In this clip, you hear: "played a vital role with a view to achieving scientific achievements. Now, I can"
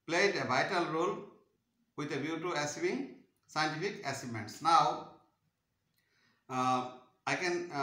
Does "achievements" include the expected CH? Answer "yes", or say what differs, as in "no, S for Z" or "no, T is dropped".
no, S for CH